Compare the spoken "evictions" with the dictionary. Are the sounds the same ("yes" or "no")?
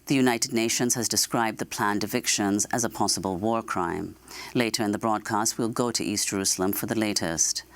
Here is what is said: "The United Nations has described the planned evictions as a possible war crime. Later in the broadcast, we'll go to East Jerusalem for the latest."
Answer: yes